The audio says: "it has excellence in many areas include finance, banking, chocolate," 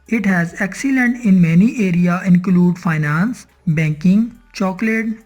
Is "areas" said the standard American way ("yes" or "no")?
no